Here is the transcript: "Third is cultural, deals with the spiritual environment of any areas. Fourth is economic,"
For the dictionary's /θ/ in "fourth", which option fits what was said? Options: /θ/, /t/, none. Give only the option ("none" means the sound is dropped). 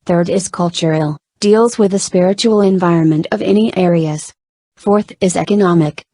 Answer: /θ/